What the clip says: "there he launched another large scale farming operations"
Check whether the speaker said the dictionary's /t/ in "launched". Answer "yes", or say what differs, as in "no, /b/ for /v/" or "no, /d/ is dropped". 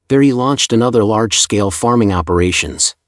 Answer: yes